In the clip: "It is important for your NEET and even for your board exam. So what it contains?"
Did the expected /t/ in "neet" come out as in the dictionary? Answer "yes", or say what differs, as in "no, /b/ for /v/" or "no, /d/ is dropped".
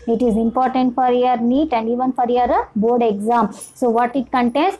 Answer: yes